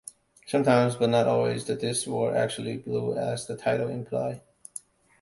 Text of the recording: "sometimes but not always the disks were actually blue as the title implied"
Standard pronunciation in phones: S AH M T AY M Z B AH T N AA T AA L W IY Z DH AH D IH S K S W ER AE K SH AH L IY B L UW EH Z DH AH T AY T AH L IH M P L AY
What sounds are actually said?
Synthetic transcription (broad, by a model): S AH M T AY M Z B AH T N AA T AA L W IY Z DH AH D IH S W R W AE K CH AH L IY B L UW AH Z DH AH T AY T L IH M P L AY